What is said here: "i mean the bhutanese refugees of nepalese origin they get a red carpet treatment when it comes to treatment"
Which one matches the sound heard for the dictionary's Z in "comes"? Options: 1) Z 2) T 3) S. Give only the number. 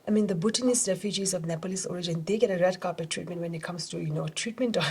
3